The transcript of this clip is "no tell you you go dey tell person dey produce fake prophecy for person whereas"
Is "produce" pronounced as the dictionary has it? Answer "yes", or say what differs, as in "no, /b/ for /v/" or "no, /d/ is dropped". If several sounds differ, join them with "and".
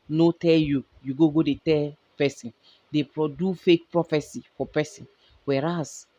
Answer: no, /s/ is dropped